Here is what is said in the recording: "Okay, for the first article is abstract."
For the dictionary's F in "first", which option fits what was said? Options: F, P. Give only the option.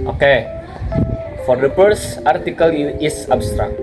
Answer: P